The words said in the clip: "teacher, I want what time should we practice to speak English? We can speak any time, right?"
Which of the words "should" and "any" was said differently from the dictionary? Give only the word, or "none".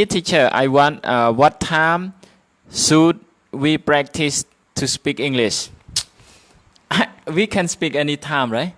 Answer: should